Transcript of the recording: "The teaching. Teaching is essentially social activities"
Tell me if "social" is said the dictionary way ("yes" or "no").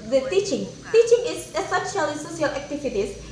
no